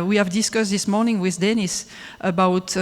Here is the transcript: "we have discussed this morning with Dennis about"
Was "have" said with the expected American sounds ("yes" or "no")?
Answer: yes